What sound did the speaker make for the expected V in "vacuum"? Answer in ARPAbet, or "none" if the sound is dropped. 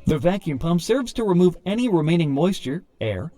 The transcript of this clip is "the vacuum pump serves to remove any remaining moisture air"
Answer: V